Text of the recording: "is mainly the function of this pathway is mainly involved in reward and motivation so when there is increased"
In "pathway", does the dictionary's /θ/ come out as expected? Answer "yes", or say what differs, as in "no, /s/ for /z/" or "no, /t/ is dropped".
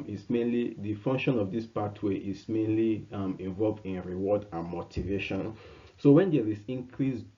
no, /t/ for /θ/